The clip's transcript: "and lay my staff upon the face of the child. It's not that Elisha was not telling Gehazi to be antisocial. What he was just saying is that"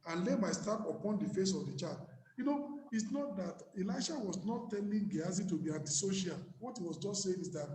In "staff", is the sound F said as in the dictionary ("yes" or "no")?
no